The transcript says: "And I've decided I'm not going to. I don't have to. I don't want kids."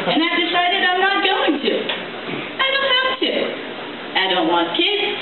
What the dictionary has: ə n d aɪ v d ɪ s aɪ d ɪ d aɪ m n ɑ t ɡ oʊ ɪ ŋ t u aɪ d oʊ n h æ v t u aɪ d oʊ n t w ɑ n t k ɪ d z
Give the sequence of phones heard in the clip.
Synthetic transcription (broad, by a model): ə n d aɪ v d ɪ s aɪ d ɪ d aɪ m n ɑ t ɡ oʊ ɪ ŋ t u aɪ d oʊ n h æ p t u aɪ d oʊ n t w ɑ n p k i